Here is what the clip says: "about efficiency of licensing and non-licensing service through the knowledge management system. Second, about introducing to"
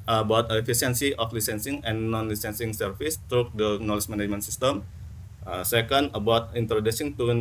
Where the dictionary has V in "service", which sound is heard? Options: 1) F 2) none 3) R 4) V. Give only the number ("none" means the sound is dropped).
1